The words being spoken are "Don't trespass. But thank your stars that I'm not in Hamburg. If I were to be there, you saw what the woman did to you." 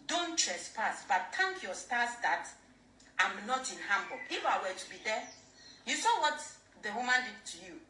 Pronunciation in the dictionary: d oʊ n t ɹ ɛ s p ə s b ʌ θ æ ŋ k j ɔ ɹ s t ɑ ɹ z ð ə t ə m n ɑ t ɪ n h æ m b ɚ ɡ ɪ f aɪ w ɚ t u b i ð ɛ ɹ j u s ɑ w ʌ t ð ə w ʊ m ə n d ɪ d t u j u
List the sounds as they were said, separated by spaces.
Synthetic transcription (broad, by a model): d oʊ n t ɹ ɛ s p ə s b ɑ t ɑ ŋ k j ɔ s t ɑ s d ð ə t ə m n ɑ t ɪ n h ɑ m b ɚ ɪ f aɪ w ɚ t u b i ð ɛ j u s ɑ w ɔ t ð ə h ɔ m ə n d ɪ t u j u